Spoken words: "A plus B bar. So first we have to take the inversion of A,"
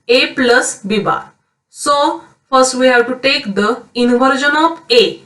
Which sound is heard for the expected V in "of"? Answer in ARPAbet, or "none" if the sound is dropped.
P